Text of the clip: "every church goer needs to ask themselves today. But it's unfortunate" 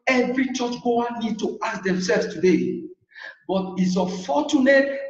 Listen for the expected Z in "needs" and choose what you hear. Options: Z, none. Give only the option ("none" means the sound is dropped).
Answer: none